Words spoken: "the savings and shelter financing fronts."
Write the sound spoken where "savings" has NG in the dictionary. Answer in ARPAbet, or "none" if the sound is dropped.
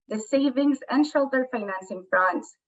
NG